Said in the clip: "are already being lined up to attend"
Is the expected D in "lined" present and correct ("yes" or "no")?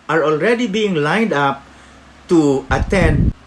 yes